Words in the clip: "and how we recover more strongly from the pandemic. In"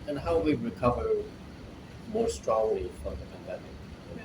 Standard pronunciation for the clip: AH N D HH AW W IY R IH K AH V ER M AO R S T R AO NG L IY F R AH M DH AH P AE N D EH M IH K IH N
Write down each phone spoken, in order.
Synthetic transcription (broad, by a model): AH N HH AW W IY R IH K AH V ER M AO R S T R AO NG L IY F R AH M DH AH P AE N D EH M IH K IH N